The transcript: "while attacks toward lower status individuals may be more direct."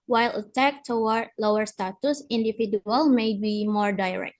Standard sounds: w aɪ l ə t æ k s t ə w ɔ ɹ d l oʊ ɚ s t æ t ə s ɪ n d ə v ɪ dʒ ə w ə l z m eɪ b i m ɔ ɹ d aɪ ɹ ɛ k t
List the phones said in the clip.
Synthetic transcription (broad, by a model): w aɪ l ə t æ k t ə w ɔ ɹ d l oʊ ɚ s t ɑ t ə s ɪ n d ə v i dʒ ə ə l m eɪ b i m ɔ ɹ d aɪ ɹ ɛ k t